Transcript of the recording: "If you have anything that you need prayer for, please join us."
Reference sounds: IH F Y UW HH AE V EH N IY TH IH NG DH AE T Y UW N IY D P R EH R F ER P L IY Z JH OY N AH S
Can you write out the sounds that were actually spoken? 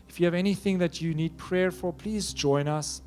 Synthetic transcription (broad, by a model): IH F Y UW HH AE V EH N IY TH IH NG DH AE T Y UW N IY D P R EH R F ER P L IY Z JH OY N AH S